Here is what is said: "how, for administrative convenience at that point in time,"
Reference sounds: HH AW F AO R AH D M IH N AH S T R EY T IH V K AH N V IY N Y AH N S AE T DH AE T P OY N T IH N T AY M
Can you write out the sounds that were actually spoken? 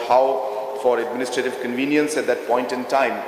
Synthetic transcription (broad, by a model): HH AW F AO R AH D M IH N AH S T R EY T IH V K AH N V IY N Y AH N S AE T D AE T P OY N T IH N T AY M